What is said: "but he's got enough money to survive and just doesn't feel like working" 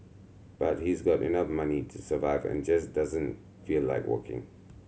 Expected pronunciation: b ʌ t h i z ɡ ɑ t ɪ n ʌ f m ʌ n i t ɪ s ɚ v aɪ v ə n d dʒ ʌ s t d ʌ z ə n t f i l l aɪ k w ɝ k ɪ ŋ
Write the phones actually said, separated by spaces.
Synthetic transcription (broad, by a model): b ʌ t h i z ɡ ɑ t ɪ n ʌ f m ʌ n i t ɪ s ɚ v aɪ v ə n dʒ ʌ s d ʌ z ə n t f i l l aɪ k w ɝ k ɪ ŋ